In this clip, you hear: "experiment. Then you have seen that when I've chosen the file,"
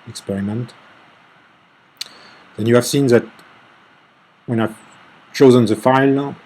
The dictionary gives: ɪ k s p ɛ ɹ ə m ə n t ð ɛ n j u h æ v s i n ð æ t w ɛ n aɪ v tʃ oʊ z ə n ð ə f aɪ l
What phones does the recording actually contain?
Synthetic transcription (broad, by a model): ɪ k s p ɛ ɹ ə m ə n t ð ɛ n j u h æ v s i n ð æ t w ɛ n aɪ v tʃ oʊ z ə n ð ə f aɪ l